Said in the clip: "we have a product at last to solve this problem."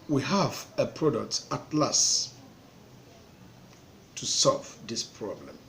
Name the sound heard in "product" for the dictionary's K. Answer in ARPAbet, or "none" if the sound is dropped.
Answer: K